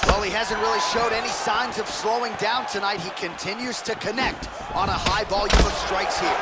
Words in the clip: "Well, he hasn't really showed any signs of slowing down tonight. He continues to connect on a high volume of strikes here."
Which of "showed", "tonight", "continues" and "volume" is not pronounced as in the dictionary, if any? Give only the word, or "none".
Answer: volume